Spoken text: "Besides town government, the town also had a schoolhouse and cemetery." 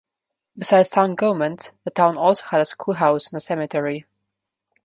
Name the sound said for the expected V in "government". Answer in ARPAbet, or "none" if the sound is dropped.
none